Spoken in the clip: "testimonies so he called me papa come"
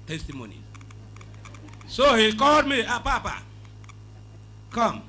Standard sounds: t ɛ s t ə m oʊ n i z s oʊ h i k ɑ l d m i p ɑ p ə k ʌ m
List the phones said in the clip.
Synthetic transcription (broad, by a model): t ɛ s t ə m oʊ n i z s oʊ h i k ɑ d m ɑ p ɑ p ə k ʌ m